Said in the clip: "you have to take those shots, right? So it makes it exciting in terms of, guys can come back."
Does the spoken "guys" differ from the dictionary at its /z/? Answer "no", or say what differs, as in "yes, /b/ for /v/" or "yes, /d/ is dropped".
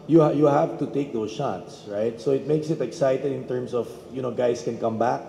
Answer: yes, /s/ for /z/